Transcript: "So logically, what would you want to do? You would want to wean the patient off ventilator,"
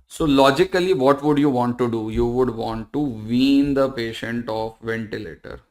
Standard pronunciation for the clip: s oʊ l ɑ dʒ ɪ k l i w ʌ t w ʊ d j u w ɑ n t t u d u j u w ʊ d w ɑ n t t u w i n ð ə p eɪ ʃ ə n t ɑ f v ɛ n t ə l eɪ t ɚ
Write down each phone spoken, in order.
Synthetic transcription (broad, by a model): s oʊ l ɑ dʒ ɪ k l i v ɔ t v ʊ d j u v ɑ n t t u d u j u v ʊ d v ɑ n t t u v i n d ə p eɪ ʃ ə n t ɑ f v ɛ n t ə l eɪ t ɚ